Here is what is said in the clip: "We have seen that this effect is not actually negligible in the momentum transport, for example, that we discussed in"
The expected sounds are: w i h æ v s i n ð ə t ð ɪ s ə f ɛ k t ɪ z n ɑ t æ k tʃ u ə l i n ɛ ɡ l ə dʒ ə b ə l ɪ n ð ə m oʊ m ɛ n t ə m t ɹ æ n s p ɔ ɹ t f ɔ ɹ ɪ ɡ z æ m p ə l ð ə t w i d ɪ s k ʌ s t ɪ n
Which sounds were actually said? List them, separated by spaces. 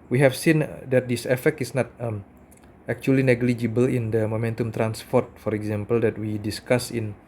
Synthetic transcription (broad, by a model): w i h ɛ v s i n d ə t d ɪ s ə f ɛ k t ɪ s n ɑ t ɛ k tʃ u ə l i n ɛ ɡ l ə dʒ ə b ə l ɪ n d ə m oʊ m ɛ n t ə m t ɹ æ n s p ɔ ɹ t f ɔ ɹ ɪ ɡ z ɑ m p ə l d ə t w i d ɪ s k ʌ s ɪ n